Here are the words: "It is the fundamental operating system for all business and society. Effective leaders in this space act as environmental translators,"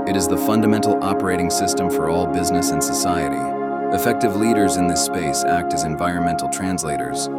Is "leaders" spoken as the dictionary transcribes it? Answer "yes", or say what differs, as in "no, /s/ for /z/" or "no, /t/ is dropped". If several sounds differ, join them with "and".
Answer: yes